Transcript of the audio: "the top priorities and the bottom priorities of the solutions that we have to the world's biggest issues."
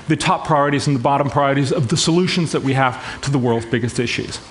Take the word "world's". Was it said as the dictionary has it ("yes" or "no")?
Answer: yes